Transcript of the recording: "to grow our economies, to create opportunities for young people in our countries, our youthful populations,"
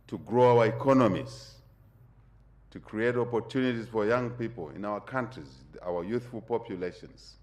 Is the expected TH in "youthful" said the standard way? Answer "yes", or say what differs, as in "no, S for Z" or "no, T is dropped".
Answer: yes